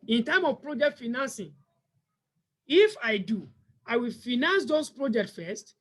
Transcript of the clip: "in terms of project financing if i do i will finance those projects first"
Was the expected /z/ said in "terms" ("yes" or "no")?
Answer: no